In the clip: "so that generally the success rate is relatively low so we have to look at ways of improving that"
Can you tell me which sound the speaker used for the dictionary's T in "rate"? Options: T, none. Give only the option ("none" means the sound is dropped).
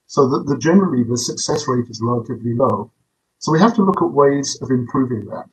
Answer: T